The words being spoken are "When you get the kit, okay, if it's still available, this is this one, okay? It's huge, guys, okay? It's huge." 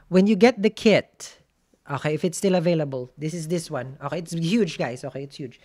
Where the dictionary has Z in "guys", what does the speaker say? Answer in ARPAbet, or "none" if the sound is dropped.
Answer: S